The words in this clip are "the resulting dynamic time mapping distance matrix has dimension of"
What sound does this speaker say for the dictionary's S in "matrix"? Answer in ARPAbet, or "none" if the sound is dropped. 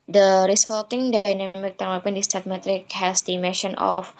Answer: none